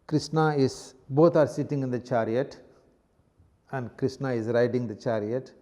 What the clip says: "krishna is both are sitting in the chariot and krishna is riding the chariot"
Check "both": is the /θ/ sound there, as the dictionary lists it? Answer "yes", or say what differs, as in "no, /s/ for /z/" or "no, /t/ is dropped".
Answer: no, /t/ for /θ/